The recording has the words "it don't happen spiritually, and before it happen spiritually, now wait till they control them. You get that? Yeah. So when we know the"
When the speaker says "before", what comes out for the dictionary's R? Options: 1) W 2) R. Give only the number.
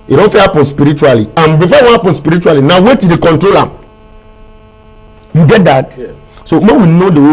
1